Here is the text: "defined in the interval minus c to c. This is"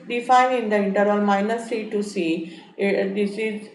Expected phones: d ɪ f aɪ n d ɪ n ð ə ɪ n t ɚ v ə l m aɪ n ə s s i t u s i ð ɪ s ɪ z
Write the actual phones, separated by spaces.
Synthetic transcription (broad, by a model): d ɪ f aɪ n ɪ n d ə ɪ n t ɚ ə l m aɪ n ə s s i t u s i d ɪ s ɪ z